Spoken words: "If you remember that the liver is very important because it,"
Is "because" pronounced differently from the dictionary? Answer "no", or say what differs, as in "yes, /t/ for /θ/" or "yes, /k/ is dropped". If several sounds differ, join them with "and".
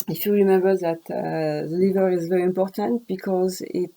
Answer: no